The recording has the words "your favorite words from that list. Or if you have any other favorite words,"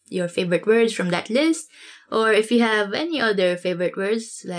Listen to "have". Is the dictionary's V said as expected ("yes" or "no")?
yes